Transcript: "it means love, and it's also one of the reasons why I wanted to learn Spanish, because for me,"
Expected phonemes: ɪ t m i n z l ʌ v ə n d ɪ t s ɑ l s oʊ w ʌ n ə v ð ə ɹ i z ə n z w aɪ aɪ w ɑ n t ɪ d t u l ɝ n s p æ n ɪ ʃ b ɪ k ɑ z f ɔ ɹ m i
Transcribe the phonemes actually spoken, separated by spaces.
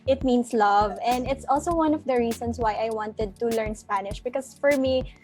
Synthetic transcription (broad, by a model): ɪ t m i n s l ʌ v ə n d ɪ t s ɑ l s oʊ w ʌ n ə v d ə ɹ i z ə n s w aɪ aɪ w ɑ n t ɪ d t u l ɝ n s p æ n ɪ ʃ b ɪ k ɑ s f ɔ ɹ m i